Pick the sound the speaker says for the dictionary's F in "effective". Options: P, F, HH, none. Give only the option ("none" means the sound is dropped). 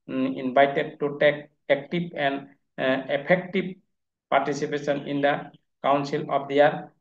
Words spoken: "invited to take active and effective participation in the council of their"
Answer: P